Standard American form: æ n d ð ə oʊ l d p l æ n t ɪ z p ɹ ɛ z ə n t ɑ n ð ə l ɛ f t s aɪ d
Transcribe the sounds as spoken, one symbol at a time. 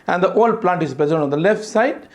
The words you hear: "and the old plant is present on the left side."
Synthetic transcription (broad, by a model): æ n d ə oʊ l d p l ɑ n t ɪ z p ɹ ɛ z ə l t ɑ n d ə l ɛ f t s aɪ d